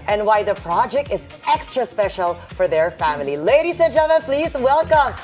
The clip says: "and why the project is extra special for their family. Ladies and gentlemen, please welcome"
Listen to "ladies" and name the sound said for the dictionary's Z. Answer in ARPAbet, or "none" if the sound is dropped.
S